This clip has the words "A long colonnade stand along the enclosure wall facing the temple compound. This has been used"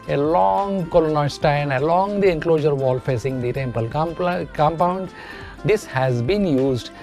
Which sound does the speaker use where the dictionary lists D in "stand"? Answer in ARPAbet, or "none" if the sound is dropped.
none